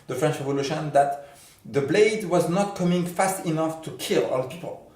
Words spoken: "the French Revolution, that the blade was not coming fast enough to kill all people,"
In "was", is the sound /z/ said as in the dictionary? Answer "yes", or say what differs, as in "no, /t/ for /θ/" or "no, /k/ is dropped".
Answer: yes